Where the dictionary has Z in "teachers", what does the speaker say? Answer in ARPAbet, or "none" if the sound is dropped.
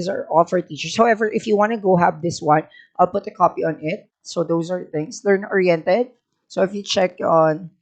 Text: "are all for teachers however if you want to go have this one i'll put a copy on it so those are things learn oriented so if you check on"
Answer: S